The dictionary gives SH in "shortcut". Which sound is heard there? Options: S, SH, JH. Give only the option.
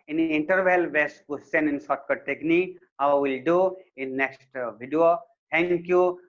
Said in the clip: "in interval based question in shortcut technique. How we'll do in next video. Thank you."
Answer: S